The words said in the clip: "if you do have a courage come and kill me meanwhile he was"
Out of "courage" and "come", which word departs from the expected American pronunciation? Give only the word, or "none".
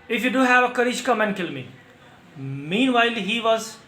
courage